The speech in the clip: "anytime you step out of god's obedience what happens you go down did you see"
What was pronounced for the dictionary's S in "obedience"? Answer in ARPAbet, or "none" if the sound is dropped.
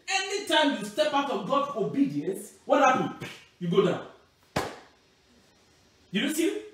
S